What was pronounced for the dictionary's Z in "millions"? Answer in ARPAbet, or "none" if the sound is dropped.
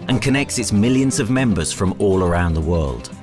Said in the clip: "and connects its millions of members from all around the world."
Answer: Z